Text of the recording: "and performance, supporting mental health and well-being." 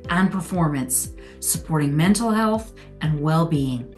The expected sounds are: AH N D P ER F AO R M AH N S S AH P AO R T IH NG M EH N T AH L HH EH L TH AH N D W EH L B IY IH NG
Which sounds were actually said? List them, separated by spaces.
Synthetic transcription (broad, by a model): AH N P ER F AO R M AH N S S AH P AO R T IH NG M EH N T L HH EH L TH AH N W EH L B IY IH NG